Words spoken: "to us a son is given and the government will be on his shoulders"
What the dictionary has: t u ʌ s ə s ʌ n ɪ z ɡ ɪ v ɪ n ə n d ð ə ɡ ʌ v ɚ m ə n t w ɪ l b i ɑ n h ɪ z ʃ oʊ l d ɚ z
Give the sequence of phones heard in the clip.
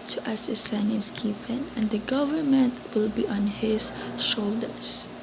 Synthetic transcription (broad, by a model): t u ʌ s ə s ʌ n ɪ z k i p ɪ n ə n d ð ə ɡ ʌ v ɚ m ə n t w ɪ l b i ɑ n h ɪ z ʃ oʊ l d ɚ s